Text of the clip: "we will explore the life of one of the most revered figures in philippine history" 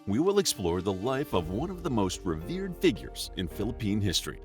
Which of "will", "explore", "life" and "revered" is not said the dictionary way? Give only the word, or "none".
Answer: none